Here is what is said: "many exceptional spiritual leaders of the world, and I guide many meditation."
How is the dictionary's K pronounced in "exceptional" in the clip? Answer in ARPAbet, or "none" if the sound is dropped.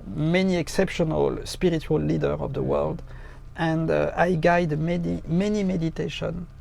K